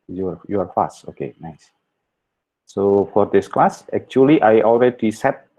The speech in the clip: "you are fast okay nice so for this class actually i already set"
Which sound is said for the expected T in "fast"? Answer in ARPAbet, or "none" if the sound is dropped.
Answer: none